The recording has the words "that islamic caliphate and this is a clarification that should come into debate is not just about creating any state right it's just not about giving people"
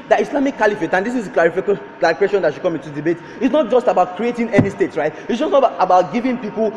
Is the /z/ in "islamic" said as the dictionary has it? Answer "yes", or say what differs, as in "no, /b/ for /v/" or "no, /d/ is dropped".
no, /s/ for /z/